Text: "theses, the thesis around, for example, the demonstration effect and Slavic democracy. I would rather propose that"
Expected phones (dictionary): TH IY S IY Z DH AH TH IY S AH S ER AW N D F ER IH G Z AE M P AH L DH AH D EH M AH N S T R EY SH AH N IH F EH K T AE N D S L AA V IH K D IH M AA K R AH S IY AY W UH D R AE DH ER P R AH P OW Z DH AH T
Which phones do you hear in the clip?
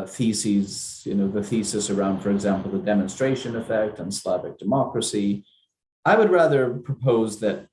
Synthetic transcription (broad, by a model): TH IY S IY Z DH AH TH IY S AH S ER AW N D F ER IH G Z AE M P L DH AH D EH M AH N S T R EY SH AH N IH F EH K T N S L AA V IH K D IH M AA K R AH S IY AY W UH D R AE DH ER P R AH P OW Z DH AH T